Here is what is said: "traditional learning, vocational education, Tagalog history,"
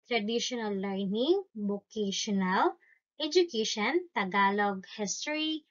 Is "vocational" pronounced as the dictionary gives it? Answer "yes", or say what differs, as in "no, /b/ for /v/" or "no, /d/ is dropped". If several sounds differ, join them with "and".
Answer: no, /b/ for /v/